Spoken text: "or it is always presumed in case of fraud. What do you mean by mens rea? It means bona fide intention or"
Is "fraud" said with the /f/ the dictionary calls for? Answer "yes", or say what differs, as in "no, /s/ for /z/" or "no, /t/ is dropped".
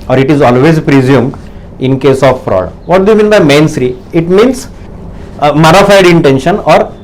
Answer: no, /p/ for /f/